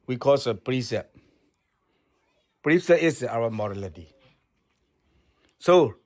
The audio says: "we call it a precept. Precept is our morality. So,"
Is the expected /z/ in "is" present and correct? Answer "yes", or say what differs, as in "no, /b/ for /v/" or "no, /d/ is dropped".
no, /s/ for /z/